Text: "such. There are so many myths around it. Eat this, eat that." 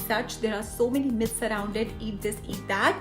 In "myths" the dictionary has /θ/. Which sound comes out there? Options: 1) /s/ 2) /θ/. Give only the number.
1